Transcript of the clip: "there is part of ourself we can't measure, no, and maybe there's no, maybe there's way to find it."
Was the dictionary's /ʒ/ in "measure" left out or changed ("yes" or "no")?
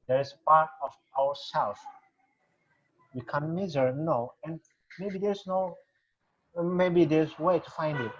yes